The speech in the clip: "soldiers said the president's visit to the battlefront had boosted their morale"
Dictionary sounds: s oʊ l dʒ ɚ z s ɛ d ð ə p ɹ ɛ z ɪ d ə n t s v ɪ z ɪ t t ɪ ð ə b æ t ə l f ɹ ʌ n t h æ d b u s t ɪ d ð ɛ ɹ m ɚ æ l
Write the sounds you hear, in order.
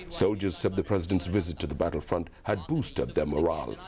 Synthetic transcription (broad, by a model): s oʊ l dʒ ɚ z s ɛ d ð ə p ɹ ɛ z ɪ d ə n t s v ɪ z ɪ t t ɪ ð ə b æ t l f ɹ ʌ n t h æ d b u s t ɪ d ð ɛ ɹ m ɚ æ l